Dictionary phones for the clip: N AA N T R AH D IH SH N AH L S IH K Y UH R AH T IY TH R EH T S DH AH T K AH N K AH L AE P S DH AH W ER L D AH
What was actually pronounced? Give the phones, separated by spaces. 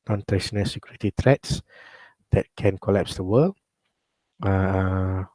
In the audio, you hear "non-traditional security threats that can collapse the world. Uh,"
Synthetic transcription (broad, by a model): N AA N T R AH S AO N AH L S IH K Y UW R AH T IY T R EH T S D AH T K AH N K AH L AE P S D AH W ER L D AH